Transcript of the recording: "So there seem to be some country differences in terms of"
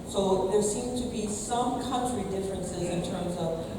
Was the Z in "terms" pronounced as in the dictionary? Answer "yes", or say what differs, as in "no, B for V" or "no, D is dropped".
yes